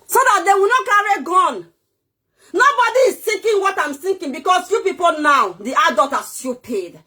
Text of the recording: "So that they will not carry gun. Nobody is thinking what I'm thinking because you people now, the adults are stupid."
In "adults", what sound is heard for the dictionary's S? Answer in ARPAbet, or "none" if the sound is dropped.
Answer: none